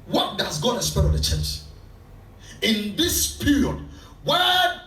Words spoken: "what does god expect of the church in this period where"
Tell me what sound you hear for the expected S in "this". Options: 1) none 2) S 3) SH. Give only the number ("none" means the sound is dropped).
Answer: 2